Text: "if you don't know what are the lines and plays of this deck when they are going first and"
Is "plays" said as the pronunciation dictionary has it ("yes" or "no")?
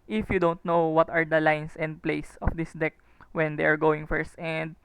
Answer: no